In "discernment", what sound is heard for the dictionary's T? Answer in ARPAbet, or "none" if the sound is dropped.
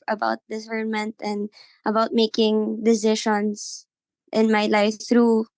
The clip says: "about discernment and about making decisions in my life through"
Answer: T